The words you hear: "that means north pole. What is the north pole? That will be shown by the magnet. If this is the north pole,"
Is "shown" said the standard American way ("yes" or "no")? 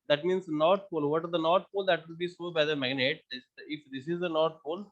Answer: no